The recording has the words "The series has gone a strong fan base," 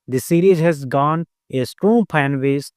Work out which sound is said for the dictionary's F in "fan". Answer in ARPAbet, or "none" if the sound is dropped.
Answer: P